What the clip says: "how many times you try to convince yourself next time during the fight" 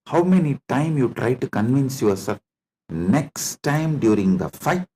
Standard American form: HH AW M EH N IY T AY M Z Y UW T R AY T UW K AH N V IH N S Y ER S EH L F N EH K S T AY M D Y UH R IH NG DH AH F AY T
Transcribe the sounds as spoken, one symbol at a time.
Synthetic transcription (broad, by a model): HH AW M EH N IY T AY M Y UW T R AY T UW K AH N V IH N S Y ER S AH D N EH K S T AY M D Y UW R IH NG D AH F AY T